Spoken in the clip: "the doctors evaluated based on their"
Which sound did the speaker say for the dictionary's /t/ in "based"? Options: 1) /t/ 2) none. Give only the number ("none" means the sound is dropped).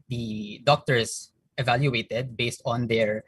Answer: 1